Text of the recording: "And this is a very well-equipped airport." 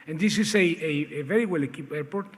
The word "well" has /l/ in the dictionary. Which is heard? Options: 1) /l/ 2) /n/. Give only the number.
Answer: 1